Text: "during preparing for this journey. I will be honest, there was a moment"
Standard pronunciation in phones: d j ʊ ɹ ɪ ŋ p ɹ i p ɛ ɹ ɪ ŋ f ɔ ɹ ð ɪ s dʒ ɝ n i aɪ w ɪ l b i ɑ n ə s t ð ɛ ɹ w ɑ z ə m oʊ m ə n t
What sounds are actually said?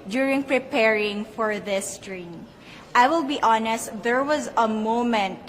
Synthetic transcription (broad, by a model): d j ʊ ɹ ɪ ŋ p ɹ i p ɛ ɹ ɪ ŋ f ɔ ɹ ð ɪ s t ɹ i aɪ w ɪ l b i ɑ n ə s t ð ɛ ɹ w ɑ z ə m oʊ m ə n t